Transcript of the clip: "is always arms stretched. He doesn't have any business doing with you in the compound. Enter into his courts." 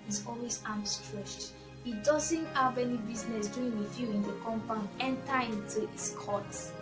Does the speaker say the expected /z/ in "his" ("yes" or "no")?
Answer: no